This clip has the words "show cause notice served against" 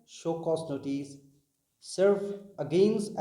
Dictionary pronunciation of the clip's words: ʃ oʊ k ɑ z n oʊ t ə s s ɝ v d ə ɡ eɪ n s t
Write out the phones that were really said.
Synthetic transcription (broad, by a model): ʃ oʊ k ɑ s n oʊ t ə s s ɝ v ə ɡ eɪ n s